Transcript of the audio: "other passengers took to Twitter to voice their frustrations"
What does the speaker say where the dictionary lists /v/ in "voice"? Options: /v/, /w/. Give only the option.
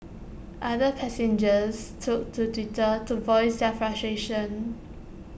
/v/